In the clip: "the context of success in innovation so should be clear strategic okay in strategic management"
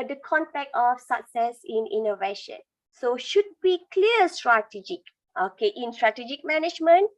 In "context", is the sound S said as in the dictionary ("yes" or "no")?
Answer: no